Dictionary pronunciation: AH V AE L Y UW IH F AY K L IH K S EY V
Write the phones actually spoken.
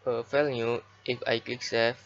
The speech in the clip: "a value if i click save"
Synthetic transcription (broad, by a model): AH F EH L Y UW IH F AY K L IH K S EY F